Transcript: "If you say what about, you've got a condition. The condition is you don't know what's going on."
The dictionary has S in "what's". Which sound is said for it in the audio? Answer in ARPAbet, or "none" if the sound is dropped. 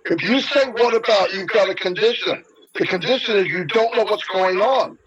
S